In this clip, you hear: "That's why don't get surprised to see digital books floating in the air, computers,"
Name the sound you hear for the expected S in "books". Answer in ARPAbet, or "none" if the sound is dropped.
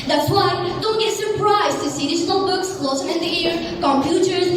S